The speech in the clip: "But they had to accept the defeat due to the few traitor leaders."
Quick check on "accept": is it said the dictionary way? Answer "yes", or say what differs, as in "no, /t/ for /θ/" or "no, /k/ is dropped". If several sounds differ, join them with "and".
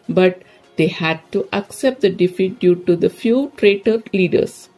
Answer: yes